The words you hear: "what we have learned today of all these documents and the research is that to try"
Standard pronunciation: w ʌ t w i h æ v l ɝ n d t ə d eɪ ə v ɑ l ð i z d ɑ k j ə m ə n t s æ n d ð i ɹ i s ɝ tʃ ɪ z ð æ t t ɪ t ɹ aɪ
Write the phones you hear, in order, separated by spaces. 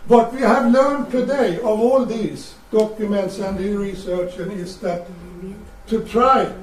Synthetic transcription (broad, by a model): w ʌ t w i h æ v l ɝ n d t ə d eɪ ə v ɑ l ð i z d ɑ k j ə m ə n t s æ n d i ɹ i s ɝ tʃ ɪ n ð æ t t ɪ t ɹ aɪ